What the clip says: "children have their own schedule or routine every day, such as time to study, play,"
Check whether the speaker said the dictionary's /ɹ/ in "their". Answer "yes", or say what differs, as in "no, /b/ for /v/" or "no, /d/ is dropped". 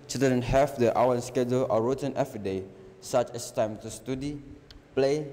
no, /w/ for /ɹ/